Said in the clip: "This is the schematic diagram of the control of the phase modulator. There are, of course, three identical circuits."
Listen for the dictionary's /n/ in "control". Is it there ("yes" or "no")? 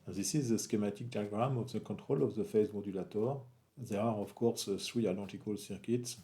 no